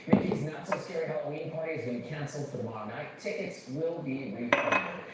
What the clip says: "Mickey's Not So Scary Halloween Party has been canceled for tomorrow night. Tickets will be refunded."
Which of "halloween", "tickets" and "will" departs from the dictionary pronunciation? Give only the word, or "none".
halloween